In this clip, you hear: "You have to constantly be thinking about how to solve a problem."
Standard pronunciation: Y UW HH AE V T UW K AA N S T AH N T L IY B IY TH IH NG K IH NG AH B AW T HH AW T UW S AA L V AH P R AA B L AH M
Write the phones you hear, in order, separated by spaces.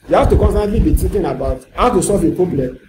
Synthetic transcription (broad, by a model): Y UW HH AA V T UW K AA N S T AH N T L IY B IY T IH K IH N AH B AW T HH AW T UW S AA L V AH P R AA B L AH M